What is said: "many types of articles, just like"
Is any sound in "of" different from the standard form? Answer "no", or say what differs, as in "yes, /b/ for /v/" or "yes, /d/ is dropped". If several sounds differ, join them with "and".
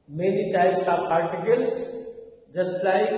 yes, /p/ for /v/